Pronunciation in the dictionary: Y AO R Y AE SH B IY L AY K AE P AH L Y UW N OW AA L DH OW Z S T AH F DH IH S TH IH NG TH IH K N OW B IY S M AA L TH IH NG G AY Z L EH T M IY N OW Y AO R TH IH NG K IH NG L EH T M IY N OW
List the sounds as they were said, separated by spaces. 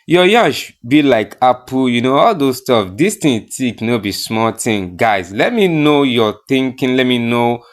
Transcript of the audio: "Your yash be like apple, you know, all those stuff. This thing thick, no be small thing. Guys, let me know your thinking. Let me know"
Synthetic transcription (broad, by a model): Y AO Y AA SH B IY L AY K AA P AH Y UW N OW AA L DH OW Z S T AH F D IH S T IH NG T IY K N OW B IY S M AA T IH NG G AY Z L EH T M IY N OW Y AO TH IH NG K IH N L EH T M IY N OW